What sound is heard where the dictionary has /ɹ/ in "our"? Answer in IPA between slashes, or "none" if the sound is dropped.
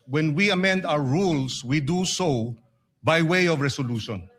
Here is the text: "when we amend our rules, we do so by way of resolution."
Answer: /w/